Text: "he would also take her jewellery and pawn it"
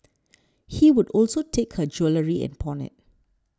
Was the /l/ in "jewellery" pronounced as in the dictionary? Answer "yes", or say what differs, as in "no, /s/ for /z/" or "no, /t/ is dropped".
yes